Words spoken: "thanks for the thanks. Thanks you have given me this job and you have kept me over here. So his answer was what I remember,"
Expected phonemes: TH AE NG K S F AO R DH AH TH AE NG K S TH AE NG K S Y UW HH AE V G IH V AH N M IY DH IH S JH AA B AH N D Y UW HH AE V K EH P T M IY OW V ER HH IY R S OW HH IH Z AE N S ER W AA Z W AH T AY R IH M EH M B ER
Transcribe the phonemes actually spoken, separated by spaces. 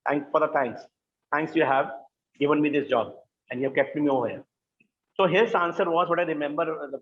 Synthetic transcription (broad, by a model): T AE NG K S F AO R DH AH T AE NG K S T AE NG K S Y UW HH AE V G IH V AH N M IY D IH S JH AA B AH N D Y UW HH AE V K EH P T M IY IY AO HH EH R S OW HH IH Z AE N S ER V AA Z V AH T AY R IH M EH M B ER